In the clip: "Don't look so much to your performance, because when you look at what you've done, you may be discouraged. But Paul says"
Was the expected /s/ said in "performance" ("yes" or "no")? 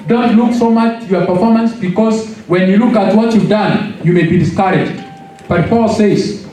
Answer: yes